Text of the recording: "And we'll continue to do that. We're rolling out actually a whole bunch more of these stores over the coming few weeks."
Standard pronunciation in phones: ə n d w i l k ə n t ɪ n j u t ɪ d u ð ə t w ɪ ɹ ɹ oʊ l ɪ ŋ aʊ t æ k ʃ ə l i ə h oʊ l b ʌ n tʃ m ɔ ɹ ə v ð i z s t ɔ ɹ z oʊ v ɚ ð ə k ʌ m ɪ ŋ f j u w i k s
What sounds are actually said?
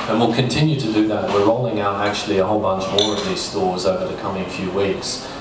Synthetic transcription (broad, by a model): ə n w i l k ə n t ɪ n j u t ɪ d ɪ ð ə t w ɪ ɹ ɹ oʊ l ɪ ŋ aʊ t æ k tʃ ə l i ə h oʊ l b ʌ n tʃ m ɔ ɹ ə v ð i z s t ɔ ɹ z oʊ v ɚ ð ə k ʌ m ɪ ŋ f j u w i k s